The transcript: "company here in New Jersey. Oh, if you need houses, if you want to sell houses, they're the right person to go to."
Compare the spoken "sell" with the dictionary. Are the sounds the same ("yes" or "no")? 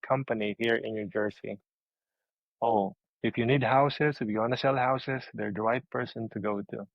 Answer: yes